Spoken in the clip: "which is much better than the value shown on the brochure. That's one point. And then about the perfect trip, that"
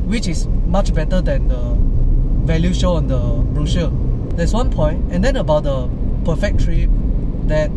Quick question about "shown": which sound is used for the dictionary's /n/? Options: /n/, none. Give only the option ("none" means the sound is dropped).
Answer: none